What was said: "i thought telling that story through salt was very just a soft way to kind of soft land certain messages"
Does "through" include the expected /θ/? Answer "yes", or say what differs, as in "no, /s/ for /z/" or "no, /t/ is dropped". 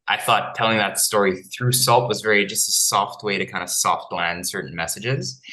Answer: yes